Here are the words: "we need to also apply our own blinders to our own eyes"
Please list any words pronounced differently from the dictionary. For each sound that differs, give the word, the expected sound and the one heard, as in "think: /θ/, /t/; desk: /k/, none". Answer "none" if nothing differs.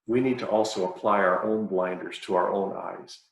none